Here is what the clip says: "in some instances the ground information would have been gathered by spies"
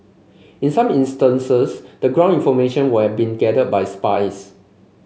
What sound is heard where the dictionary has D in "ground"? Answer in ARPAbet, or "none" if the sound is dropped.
none